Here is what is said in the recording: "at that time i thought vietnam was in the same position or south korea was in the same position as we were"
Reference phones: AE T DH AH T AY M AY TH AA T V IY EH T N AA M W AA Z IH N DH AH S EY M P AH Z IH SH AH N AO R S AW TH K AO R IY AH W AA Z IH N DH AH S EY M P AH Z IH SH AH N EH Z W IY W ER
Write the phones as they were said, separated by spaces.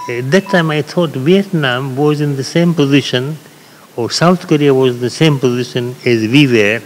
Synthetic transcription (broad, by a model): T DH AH T AY M AY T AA T V IY EH T N AA M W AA Z IH N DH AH S EY M P AH Z IH SH AH N AO R S AW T K AO R IY AH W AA Z IH N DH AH S EY M P AH Z IH SH AH N EH Z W IY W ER